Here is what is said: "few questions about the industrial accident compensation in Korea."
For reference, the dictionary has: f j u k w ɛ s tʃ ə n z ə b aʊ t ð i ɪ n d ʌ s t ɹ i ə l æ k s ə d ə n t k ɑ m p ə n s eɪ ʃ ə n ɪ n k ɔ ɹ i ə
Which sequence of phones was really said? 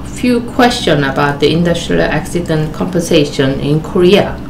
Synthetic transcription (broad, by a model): f j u k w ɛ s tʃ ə n ə b aʊ t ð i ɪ n d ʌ s t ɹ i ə l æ k s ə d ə n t k ɑ m p ə n s eɪ ʃ ə n ɪ n k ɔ ɹ i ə